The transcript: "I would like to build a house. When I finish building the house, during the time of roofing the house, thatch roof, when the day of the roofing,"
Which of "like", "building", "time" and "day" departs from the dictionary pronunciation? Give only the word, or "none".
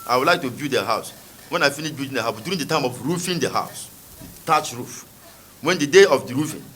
building